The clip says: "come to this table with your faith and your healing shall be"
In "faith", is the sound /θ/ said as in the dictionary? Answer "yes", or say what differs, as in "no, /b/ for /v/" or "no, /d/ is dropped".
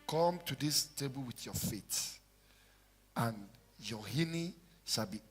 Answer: no, /t/ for /θ/